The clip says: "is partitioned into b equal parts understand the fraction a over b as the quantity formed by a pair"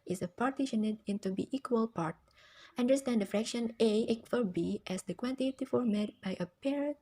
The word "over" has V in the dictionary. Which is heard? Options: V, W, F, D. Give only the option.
F